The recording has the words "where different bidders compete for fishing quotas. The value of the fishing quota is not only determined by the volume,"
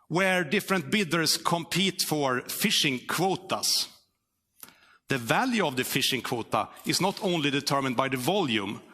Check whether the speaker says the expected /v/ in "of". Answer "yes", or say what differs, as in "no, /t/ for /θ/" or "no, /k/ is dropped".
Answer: yes